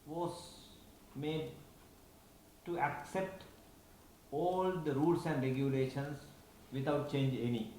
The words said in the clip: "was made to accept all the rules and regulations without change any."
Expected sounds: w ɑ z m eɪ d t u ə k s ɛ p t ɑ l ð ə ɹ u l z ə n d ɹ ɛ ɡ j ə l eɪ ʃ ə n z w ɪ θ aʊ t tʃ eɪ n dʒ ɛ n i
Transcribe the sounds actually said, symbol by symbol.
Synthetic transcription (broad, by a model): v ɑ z m eɪ d t u ə k s ɛ p t ɑ l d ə ɹ u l s ə n d ɹ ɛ ɡ j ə l eɪ ʃ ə n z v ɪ t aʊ t tʃ eɪ n dʒ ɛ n i